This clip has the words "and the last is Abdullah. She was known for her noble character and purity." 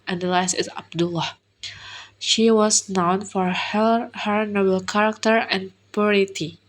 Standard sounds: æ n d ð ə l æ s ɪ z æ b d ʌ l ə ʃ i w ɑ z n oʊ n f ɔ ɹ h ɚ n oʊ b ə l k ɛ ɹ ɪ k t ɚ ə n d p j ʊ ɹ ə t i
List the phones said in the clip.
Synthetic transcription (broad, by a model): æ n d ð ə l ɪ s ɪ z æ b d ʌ l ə ʃ i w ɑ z n oʊ n f ɔ ɹ h ɚ n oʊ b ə l k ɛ ɹ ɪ k t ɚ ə n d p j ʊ ɹ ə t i